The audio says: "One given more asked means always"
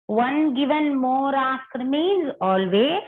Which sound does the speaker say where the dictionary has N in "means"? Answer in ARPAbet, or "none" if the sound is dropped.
none